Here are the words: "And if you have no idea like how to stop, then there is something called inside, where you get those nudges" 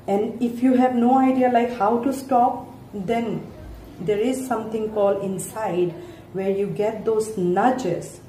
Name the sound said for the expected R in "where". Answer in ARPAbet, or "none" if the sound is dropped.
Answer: R